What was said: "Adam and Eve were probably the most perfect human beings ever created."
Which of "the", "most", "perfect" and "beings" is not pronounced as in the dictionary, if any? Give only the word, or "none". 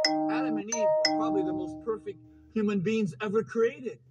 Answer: none